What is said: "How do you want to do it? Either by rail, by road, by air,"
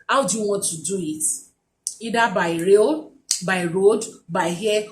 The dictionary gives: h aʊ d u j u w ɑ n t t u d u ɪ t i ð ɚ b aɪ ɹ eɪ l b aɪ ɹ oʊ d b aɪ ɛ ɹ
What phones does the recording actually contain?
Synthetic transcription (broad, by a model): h aʊ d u j u w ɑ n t t u d u ɪ t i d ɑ b aɪ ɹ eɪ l b aɪ ɹ oʊ d b aɪ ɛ